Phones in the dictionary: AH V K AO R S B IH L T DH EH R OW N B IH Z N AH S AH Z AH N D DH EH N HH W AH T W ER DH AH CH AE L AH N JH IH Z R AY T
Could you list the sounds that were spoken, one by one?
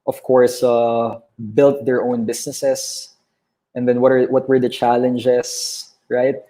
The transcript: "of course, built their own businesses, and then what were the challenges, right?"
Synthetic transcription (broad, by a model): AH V K AO R S B IH L T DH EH R OW N B IH S N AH S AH S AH N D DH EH N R W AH T W ER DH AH CH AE L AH N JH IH S R AY T